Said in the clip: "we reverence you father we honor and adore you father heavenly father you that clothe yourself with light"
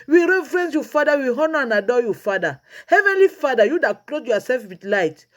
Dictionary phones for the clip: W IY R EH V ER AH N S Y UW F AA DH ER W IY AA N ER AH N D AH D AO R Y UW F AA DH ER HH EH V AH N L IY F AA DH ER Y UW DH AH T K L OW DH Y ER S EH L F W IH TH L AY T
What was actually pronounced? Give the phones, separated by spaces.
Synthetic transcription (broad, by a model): W IY R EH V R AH N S Y UW F AA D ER W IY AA N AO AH N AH D AO Y UW F AA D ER HH EH V AH N L IY F AA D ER Y UW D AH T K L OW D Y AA S EH L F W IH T L AY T